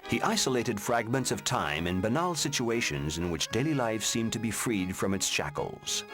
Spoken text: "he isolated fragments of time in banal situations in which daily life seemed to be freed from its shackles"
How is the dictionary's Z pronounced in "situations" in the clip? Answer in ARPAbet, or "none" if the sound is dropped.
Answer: Z